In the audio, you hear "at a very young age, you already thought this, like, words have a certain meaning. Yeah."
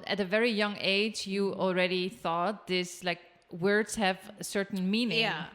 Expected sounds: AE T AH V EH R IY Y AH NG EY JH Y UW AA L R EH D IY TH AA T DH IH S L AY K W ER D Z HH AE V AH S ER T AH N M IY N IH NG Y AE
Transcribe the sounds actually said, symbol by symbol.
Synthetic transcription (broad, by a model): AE T AH V EH R IY Y AH NG EY JH Y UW AA L R EH D IY TH AA T DH IH S L AY K W ER D Z HH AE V AH S ER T N M IY N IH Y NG